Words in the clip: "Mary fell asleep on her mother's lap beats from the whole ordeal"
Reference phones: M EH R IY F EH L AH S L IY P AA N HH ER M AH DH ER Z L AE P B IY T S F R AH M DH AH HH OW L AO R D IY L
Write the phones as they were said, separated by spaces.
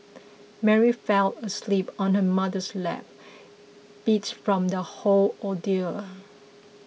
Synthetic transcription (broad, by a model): M EH R IY F EH L AH S L IY P AA N HH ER M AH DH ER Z L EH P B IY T F R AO M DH AH HH OW L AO D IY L